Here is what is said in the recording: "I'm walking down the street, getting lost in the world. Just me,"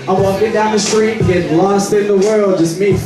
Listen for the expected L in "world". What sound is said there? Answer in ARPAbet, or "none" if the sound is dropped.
L